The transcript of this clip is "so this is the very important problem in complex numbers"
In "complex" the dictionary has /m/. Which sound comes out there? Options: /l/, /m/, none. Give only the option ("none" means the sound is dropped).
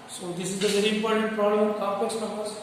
none